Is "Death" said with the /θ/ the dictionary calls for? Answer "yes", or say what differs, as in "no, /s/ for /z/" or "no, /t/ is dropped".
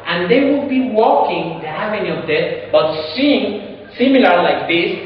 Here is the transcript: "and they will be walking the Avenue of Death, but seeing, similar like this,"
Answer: no, /s/ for /θ/